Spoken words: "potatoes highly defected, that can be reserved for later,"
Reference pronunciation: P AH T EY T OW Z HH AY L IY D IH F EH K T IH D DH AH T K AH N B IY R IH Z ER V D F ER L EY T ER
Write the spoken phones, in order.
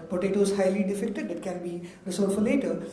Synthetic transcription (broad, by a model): P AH T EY T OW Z HH AY L IY D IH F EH K T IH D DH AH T K AH N B IY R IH S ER D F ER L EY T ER